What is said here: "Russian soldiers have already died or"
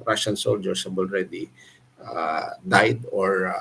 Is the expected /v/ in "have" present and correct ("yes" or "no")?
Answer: no